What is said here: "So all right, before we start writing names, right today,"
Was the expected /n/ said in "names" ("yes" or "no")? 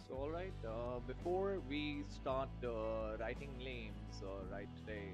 no